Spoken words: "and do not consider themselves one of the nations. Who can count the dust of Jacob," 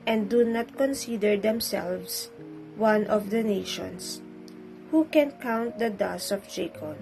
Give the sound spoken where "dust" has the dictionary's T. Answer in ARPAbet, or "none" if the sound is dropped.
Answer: none